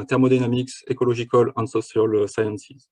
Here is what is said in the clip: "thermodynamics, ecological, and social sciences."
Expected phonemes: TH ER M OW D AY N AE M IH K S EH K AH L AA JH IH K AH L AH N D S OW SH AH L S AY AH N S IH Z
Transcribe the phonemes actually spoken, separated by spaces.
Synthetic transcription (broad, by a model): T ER M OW D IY N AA M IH K S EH K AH L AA ZH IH K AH L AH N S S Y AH L S AY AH N S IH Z